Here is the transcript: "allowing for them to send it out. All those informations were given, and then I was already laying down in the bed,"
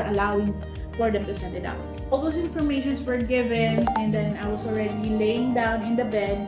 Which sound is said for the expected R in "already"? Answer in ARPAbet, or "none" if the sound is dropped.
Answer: R